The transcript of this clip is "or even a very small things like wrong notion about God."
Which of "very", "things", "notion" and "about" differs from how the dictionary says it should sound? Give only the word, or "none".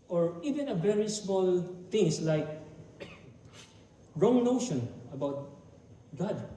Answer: things